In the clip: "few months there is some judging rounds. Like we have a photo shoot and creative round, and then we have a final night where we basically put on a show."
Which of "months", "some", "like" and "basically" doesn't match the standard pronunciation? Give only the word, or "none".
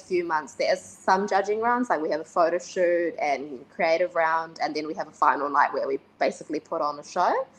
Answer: none